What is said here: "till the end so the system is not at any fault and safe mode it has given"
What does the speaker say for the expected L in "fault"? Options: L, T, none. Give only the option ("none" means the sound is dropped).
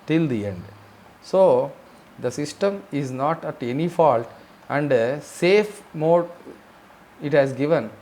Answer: L